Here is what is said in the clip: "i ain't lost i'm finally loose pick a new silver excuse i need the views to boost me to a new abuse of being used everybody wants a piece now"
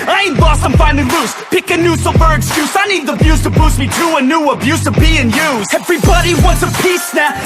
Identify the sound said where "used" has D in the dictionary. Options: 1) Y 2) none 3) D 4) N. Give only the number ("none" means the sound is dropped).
2